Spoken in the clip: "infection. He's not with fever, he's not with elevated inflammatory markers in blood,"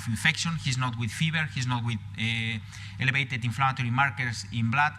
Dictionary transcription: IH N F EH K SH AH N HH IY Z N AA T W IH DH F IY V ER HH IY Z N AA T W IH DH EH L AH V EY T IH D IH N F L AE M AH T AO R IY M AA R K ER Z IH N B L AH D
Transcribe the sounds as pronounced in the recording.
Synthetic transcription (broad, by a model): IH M F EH K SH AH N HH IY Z N AA T W IH DH F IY B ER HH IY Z N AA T W IH DH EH L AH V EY T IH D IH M F L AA M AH T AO R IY M AA R K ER S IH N B L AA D